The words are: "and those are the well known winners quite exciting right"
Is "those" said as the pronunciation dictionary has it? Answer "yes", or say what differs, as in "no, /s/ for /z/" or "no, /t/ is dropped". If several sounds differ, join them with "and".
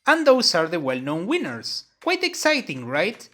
no, /s/ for /z/